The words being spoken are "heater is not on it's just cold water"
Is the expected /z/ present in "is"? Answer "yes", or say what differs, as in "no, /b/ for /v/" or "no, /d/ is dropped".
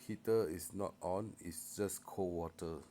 no, /s/ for /z/